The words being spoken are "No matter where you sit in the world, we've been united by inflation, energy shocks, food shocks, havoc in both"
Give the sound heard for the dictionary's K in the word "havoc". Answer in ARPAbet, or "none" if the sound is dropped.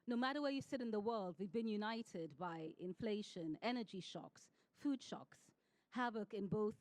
K